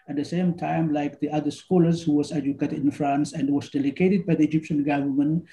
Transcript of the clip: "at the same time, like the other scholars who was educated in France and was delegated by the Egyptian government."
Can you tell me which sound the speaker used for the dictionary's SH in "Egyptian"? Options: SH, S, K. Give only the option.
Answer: SH